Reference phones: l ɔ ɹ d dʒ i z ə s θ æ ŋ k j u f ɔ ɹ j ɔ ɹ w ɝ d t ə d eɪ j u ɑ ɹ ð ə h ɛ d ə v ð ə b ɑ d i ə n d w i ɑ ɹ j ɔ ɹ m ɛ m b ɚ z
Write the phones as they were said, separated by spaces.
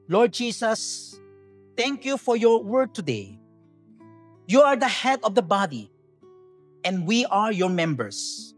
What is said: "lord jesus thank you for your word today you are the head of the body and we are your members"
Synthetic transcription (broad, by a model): l ɔ ɹ d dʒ i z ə s t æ ŋ k j u f ɔ ɹ j ɔ ɹ w ɝ d t ə d eɪ j u ɑ ɹ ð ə h ɛ d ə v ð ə b ɑ d i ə n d w i ɑ ɹ j ɔ ɹ m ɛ m b ɚ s